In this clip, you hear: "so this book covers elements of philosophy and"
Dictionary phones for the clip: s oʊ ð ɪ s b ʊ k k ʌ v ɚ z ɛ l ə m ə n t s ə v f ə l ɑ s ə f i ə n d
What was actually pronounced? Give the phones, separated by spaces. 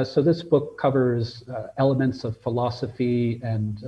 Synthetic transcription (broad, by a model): s oʊ ð ɪ s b ʊ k k ʌ v ɚ z ɛ l ə m ə n t s ə v f ə l ɑ s ə f i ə n